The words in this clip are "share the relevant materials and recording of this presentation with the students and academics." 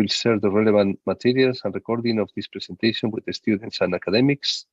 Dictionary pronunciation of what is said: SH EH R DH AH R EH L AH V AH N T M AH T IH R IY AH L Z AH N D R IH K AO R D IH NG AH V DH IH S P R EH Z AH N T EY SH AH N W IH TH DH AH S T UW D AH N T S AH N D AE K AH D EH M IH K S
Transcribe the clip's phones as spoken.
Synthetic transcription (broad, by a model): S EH R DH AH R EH L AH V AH N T M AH T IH R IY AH L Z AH N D R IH K AO R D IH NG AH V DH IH S P R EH S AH N T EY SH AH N W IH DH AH S T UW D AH N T S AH N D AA K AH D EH M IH K S